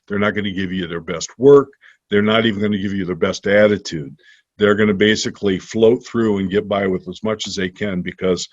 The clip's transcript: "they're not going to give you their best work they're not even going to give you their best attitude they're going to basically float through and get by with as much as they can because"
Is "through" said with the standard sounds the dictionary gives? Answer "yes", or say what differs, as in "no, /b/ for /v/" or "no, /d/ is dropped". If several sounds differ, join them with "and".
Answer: yes